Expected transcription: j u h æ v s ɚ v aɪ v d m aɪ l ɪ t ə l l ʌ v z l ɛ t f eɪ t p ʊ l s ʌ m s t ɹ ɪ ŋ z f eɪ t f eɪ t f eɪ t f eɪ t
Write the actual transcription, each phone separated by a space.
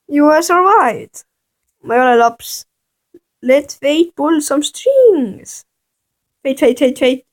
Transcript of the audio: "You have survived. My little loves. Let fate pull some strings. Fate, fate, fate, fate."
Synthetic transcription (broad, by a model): j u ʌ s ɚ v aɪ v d m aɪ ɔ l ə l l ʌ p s l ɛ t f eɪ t b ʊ l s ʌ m s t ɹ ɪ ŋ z f eɪ t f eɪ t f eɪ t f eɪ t